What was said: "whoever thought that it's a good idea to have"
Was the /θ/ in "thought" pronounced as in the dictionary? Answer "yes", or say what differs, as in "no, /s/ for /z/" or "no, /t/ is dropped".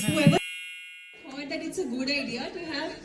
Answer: no, /f/ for /θ/